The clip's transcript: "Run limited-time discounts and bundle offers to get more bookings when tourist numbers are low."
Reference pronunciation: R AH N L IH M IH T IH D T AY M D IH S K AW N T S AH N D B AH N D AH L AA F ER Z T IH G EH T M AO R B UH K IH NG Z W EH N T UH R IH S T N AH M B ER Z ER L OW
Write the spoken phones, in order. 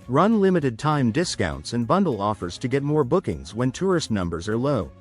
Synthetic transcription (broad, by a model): R AH N L IH M IH T IH D T AY M D IH S K AW N T S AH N B AH N D L AA F ER Z T IH G EH T M AO R B UH K IH NG Z W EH N T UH R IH S T N AH M B ER Z ER L OW